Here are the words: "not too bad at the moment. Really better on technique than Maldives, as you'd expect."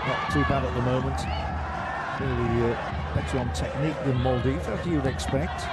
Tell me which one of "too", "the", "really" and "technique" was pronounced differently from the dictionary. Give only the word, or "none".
really